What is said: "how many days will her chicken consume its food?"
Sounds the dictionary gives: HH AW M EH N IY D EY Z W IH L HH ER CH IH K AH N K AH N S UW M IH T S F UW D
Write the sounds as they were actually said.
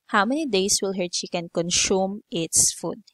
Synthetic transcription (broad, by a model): HH AW M EH N IY D EY S W IH L HH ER SH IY K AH N K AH N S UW M IH T S F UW D